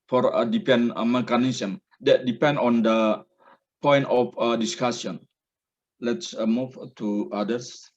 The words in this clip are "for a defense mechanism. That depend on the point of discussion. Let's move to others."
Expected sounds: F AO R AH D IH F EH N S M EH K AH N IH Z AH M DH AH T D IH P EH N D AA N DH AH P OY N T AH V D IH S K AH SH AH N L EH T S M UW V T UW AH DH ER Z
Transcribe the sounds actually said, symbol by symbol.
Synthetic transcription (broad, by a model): F AO R AH D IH P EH N M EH K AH N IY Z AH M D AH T D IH P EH N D AA N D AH P OY N T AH F D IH S K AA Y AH N L EH T S M UW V T UW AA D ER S